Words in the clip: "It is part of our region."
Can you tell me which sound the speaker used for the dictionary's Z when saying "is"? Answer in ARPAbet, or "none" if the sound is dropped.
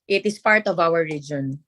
S